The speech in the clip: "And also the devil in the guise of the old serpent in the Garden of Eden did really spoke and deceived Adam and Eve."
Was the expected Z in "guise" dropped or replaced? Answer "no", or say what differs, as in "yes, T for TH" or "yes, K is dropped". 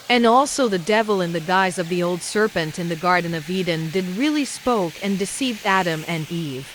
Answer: no